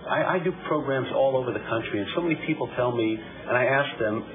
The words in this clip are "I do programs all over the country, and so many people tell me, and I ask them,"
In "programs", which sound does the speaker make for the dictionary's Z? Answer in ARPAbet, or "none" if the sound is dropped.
Z